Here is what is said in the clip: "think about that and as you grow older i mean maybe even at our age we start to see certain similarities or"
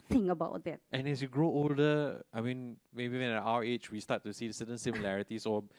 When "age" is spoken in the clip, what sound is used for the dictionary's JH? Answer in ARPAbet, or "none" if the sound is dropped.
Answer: CH